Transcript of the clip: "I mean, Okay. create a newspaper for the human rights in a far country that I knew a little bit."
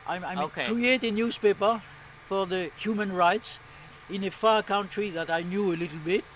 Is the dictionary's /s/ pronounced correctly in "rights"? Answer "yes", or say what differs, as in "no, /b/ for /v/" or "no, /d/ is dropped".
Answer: yes